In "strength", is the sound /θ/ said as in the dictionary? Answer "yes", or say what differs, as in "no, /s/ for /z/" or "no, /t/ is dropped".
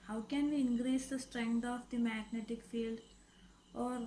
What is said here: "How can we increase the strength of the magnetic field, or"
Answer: no, /t/ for /θ/